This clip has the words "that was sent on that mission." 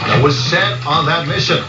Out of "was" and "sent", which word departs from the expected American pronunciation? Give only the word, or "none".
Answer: sent